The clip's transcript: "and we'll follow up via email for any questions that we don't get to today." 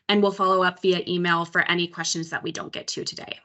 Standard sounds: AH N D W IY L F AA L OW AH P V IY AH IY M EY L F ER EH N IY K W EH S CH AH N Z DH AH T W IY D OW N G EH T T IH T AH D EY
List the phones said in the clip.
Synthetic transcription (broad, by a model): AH N W IY L F AA L OW AH P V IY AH IY M EY L F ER EH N IY K W EH S CH AH N Z DH AH T W IY D OW N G EH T T IH T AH D EY